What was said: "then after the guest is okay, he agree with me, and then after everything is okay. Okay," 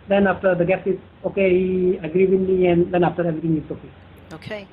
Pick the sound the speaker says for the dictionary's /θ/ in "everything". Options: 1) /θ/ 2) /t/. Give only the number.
2